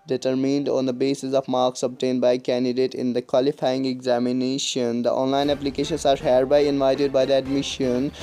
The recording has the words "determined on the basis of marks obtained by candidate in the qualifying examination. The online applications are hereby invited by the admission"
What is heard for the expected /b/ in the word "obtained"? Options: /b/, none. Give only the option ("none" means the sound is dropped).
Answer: /b/